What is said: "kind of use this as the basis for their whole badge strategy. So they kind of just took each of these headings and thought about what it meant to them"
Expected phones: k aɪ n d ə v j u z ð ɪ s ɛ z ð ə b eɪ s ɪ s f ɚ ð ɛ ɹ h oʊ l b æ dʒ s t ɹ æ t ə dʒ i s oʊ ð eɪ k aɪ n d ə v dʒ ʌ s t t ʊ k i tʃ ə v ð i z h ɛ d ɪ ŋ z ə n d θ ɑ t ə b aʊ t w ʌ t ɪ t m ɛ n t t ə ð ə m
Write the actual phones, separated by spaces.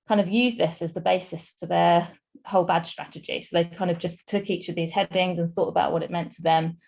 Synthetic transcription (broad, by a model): k aɪ n d ə v j u z ð ɪ s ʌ z ð ə b eɪ s ɪ s f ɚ ð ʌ h oʊ l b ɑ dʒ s t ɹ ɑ t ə dʒ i s oʊ ð eɪ k aɪ n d ə v dʒ ʌ s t t ʊ k i tʃ ə v ð i z h ɛ d ɪ ŋ z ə n θ ɑ t ə b aʊ t w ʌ t ɪ t m ɛ n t t ə ð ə m